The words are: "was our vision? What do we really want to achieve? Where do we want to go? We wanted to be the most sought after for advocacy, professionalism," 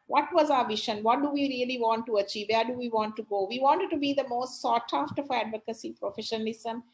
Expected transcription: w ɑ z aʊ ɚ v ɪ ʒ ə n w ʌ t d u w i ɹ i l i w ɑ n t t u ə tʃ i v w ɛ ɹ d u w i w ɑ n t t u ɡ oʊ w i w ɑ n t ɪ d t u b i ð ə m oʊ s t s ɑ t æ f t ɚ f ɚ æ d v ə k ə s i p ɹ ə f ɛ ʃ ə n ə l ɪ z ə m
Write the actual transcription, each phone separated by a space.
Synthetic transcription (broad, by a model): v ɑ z aʊ ɚ v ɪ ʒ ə n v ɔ t d u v i ɹ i l i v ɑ n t t u ə tʃ i v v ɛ ɹ d u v i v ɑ n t t u ɡ oʊ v i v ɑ n t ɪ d t u b i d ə m oʊ s t s ɑ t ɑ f t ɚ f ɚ æ d v ə k ə s i p ɹ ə f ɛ ʃ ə n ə l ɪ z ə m